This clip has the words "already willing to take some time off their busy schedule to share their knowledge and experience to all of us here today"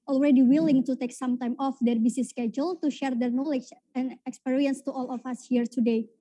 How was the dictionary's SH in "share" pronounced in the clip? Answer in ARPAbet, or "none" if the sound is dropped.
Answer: SH